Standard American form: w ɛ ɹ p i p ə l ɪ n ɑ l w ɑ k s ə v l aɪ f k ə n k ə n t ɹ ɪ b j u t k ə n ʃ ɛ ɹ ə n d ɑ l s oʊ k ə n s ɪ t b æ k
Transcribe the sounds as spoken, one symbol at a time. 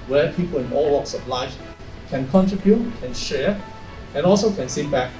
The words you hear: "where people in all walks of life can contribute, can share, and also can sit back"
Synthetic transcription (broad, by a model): w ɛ p i p ə l ɪ n ɑ l w ɑ k s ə b l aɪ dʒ k ə n k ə n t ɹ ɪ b j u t k ə n ʃ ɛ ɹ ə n ɑ l s oʊ k ə n s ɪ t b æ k